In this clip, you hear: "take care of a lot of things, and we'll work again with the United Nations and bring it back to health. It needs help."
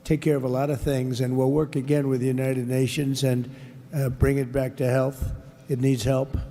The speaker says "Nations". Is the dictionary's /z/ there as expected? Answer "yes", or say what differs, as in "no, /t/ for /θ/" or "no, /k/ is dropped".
yes